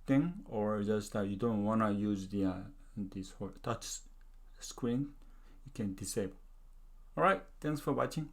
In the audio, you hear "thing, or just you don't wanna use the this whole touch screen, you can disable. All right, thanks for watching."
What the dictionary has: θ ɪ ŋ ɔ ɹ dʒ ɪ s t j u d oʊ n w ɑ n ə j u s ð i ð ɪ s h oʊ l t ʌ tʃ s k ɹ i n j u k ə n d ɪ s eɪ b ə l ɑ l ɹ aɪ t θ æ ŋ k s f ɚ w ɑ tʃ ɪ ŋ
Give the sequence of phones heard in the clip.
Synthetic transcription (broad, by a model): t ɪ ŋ ɔ ɹ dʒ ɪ s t j u d oʊ n w ɑ n ə j u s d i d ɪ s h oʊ t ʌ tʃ s k ɹ i n j u k ə n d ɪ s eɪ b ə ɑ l ɹ aɪ t t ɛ ŋ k s f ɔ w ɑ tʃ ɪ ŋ